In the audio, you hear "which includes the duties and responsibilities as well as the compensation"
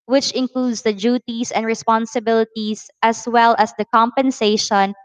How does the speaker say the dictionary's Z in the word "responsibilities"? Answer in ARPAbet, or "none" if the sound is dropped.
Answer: S